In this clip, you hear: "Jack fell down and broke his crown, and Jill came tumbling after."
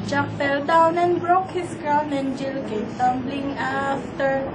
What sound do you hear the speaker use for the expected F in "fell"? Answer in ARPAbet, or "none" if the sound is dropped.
P